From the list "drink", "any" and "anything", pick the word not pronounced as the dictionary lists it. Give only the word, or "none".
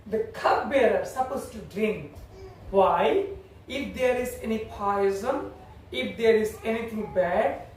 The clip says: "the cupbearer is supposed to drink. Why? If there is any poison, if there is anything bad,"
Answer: anything